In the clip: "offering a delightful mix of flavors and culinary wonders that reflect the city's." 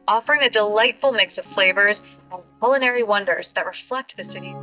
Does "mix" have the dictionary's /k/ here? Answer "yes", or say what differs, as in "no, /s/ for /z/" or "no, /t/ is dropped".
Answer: yes